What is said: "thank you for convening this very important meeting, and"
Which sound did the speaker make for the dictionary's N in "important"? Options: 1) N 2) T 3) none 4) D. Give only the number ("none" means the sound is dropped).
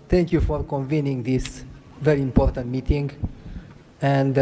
1